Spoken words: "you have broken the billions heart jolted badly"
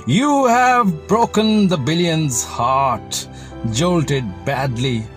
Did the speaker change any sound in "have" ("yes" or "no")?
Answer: no